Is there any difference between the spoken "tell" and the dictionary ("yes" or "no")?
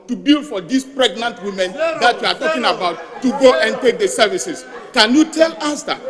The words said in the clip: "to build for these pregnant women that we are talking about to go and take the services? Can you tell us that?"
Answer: no